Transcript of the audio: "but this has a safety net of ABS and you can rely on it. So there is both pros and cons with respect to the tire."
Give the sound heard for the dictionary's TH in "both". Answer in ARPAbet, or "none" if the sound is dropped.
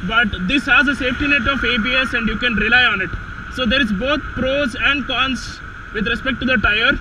T